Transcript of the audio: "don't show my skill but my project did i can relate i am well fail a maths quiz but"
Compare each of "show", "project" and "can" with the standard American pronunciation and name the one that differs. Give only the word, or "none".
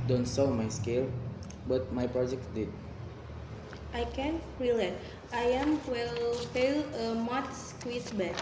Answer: show